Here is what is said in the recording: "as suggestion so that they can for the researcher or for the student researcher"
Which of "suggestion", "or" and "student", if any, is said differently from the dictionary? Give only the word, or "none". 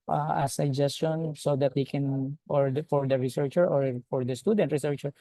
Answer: none